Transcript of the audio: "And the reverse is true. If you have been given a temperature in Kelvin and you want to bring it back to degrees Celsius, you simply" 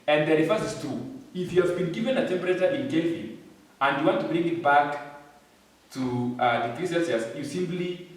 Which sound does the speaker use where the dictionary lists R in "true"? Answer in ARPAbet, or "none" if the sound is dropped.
none